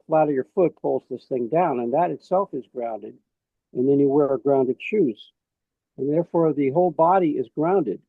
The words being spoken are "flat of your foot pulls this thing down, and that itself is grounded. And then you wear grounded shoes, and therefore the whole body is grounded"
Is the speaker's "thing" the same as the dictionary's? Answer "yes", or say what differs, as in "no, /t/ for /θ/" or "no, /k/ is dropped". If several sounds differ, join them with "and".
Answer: yes